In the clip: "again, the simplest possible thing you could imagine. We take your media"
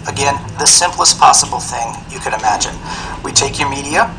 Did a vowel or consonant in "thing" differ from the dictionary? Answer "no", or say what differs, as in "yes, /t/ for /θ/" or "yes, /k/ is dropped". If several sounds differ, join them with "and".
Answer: no